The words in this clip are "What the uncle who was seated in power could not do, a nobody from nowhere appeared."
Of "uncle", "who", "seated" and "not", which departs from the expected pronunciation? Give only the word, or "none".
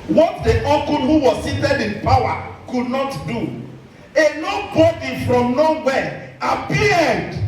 uncle